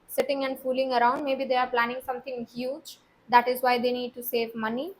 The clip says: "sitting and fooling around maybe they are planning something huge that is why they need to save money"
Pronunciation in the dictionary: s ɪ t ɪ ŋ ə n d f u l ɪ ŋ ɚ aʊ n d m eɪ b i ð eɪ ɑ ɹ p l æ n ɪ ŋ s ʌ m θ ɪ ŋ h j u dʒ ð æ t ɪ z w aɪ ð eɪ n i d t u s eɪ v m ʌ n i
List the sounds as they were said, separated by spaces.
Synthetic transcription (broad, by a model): s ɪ t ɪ ŋ ə n d f u l ɪ ŋ ɚ aʊ n d m eɪ b i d eɪ ɑ ɹ p l æ n ɪ ŋ s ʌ m t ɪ ŋ h j u dʒ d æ t ɪ z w aɪ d eɪ n i d t u s eɪ v m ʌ n i